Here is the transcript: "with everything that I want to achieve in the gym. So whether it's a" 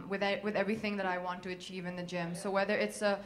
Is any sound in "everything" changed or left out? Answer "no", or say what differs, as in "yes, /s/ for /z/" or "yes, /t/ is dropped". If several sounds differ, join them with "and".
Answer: no